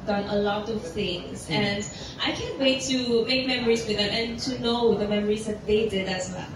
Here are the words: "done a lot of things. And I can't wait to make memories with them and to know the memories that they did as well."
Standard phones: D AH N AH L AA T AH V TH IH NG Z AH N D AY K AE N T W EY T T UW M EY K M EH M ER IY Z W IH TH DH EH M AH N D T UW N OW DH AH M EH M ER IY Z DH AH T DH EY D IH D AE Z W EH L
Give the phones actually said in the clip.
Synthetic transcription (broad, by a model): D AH N AH L AA T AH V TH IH NG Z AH N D AY K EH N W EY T T UW M EY K M EH M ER IY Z W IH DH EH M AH N T UW N OW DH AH M EH M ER IY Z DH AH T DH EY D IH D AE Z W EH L